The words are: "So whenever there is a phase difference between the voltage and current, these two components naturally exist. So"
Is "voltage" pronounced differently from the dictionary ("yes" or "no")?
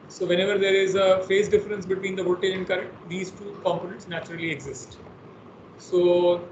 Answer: yes